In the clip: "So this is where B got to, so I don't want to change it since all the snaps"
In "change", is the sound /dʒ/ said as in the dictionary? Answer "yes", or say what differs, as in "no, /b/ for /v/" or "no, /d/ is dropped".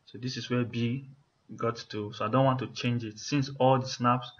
yes